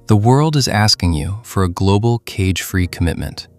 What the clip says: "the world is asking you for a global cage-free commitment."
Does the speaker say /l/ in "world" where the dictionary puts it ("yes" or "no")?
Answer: yes